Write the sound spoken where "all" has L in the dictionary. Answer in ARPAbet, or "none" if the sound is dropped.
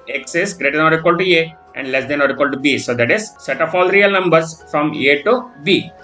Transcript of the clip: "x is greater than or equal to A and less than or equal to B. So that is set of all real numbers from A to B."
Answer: L